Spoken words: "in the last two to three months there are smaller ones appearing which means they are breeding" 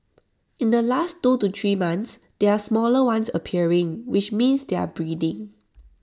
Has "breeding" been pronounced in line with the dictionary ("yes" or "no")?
yes